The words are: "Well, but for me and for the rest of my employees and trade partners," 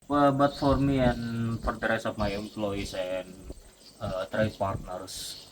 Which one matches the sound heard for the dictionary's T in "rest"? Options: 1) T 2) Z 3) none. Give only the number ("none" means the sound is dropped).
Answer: 3